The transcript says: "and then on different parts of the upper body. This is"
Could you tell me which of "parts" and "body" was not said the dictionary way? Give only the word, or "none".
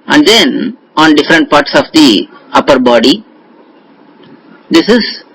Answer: none